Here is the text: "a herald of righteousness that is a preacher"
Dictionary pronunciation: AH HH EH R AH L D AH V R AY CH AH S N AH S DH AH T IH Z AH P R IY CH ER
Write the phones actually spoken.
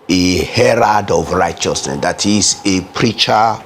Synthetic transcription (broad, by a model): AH HH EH R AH D AH V R AY CH AH S N AH S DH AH T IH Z AH P R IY CH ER